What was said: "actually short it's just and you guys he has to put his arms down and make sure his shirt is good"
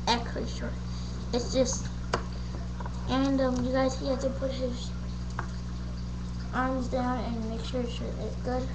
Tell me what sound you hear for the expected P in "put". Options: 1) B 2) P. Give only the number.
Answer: 2